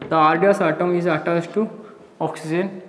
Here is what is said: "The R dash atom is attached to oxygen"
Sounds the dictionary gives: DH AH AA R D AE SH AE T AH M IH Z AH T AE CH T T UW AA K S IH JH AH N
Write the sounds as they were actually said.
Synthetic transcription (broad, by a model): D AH AA R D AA S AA T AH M IH Z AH T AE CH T T UW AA K S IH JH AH N